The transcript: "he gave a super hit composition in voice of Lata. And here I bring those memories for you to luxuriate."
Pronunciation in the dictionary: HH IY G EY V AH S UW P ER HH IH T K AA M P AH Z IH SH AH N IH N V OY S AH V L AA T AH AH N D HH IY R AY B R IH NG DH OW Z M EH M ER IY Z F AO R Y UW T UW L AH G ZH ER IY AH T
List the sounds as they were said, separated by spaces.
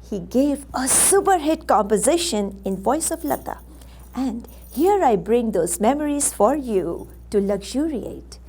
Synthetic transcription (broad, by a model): HH IY G EY V AH S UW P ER HH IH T K AA M P AH Z IH SH AH N IH N V OY S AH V L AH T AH AH N D HH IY R AY B R IH NG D OW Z M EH M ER IY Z F AO R Y UW T UW L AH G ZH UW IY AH T